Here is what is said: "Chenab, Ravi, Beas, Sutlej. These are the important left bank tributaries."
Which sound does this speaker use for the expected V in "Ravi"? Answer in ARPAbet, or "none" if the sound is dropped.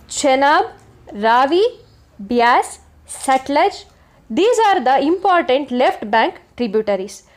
V